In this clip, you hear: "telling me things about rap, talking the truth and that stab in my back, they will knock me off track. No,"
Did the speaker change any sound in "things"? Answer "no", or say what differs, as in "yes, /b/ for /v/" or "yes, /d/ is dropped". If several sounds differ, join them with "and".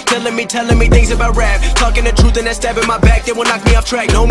no